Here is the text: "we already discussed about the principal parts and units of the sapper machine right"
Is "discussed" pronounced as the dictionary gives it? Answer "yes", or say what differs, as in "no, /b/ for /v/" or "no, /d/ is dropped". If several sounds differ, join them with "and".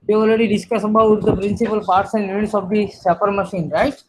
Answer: no, /t/ is dropped